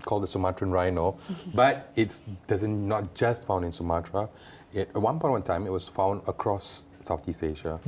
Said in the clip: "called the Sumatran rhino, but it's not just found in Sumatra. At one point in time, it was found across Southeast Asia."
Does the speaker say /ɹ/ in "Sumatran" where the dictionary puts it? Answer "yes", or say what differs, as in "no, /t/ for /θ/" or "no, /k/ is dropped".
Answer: yes